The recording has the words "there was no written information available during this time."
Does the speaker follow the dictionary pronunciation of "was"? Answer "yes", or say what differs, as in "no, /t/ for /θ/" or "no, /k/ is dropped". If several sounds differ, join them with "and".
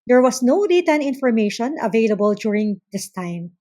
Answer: no, /s/ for /z/